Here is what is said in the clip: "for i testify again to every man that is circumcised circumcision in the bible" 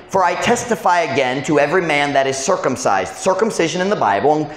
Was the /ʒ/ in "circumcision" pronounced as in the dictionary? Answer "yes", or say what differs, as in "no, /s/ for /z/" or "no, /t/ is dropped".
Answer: yes